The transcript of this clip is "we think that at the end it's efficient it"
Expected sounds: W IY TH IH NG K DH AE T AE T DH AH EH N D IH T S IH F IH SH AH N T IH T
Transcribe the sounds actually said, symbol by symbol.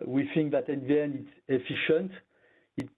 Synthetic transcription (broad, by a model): W IY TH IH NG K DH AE T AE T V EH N IH T S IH F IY SH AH N T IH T